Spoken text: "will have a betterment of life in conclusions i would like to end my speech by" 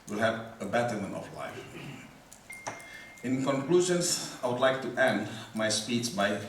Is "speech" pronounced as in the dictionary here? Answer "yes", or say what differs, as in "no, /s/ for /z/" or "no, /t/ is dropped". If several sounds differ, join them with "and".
no, /s/ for /tʃ/